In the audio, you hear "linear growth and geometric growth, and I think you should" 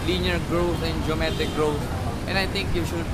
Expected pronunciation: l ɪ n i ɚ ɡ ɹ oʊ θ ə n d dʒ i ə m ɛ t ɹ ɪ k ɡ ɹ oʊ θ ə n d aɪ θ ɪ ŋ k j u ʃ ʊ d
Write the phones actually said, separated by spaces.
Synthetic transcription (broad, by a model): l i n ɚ ɡ ɹ oʊ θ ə n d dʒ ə m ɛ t ɪ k ɡ ɹ oʊ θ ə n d aɪ t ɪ ŋ k j u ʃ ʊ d